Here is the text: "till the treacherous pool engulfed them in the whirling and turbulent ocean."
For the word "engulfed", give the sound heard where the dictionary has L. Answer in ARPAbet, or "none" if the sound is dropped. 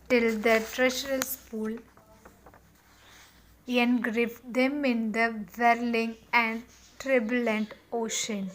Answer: none